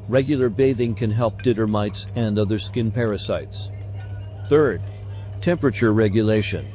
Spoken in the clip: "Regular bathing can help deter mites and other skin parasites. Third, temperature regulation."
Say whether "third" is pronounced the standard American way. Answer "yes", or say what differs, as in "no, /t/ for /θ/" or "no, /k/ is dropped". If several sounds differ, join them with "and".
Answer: yes